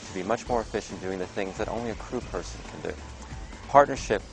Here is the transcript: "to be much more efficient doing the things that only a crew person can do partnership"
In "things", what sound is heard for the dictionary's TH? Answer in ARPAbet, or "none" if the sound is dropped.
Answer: TH